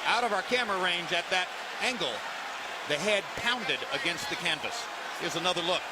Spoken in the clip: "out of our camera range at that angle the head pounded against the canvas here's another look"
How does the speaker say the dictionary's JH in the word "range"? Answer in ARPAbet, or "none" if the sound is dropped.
JH